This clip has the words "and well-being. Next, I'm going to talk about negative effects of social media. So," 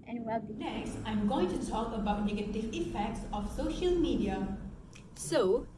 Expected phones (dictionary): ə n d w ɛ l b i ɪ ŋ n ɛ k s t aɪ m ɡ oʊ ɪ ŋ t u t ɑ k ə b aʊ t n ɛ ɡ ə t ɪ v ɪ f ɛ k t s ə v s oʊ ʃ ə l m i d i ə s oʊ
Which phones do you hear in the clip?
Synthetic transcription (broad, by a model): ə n w ɛ l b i n ɛ k s t aɪ m ɡ oʊ ɪ ŋ t u t ɑ k ə b aʊ t n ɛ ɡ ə t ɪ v ɪ f ɛ k t s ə f s oʊ ʃ ə l m i d i ə s oʊ